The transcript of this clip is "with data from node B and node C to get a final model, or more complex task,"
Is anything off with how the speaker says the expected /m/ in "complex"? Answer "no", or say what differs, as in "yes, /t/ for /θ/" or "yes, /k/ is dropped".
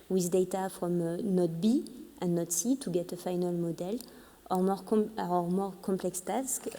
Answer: no